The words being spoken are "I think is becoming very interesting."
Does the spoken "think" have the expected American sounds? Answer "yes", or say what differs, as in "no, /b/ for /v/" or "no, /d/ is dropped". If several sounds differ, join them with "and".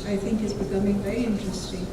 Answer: yes